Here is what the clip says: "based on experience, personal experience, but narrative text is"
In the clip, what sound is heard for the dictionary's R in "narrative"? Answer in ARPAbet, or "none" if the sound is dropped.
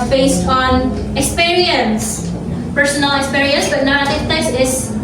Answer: none